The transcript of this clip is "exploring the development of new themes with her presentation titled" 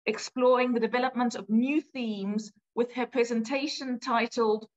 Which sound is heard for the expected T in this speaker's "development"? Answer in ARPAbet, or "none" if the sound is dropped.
T